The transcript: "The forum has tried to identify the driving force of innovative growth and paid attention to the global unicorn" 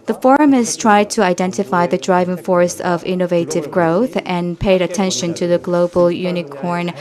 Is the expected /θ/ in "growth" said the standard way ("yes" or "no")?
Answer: yes